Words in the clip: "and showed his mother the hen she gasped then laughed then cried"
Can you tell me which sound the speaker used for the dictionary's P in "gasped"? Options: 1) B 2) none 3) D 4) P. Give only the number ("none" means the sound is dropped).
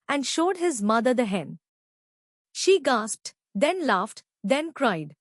4